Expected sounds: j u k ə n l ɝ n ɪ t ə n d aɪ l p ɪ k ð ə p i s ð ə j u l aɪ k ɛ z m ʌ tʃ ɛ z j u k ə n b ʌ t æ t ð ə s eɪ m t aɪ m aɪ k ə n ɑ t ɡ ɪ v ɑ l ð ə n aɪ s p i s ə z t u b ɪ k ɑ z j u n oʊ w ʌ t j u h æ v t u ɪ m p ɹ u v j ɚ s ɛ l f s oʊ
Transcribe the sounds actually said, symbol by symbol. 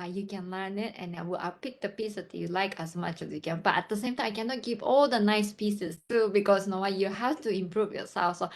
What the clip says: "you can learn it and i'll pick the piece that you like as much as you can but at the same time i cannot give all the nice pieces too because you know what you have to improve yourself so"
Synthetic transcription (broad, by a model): j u k ə n l ɝ n ɪ t ə n d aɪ w p ɪ k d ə p i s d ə j u l aɪ k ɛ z m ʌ tʃ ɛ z j u k ə n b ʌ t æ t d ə s eɪ m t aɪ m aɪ k ə n ɑ t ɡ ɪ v ɑ l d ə n aɪ s p i s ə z t u b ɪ k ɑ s n oʊ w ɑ j u h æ f t u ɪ m p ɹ u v j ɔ s ɛ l f s oʊ